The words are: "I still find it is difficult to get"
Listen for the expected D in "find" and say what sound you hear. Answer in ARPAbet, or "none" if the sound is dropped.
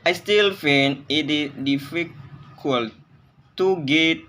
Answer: none